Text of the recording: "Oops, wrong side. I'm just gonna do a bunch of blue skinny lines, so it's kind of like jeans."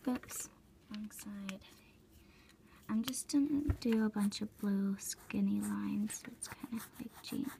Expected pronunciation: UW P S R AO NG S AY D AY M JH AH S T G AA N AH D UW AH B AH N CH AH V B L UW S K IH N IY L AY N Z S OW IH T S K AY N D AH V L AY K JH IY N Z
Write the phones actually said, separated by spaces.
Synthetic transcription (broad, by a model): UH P S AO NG S AY D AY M JH AH S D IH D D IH AH B AH N CH AH V B L UW S K IH N IY L AY N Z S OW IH T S K AY N D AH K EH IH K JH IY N